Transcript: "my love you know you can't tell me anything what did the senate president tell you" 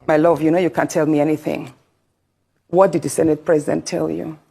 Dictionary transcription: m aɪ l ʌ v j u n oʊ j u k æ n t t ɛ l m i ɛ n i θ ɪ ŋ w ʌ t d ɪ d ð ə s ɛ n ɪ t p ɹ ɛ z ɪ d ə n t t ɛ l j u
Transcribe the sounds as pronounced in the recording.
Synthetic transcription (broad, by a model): m aɪ l ʌ v j u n oʊ j u k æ n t t ɛ l m i ɛ n i θ ɪ ŋ w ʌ t d ɪ d ð ə s ɛ n ɪ t p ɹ ɛ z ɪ d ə n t t ɛ l j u